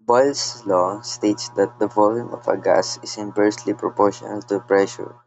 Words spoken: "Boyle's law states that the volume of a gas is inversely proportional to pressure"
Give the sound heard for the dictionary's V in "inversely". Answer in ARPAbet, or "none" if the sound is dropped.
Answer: P